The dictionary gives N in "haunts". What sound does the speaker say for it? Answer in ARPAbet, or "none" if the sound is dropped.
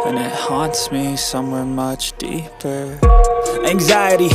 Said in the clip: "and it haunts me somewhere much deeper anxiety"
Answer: N